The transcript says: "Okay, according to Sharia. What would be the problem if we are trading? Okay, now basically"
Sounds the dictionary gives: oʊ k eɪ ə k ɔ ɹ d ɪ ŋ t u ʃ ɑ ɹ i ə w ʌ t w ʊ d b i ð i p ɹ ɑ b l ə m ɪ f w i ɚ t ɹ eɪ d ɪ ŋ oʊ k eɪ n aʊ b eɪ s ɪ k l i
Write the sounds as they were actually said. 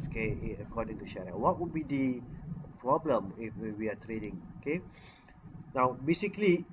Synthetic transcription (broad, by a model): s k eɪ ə k ɔ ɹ d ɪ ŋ t u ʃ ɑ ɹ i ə w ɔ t w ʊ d b i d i p ɹ ɑ b l ə m ɪ f w i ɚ t ɹ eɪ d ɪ ŋ oʊ k eɪ n aʊ b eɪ s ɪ k l i